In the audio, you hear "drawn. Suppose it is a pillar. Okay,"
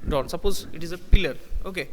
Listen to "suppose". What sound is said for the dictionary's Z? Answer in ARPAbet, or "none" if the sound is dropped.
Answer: Z